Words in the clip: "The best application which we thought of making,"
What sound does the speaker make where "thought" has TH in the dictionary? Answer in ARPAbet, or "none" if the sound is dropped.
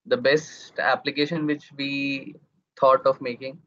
T